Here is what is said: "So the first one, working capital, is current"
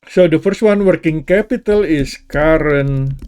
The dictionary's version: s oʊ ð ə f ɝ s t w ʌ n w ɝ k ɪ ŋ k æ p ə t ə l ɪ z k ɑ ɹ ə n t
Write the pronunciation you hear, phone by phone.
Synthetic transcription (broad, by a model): s oʊ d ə f ɝ s t w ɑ n w ɝ k ɪ ŋ k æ p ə t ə l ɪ s k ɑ ɹ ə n